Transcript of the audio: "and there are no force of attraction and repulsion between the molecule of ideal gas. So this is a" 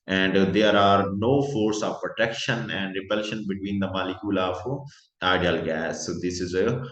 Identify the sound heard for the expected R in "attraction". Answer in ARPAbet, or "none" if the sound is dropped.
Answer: none